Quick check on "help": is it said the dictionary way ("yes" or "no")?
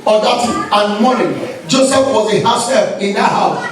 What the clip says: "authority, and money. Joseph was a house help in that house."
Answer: no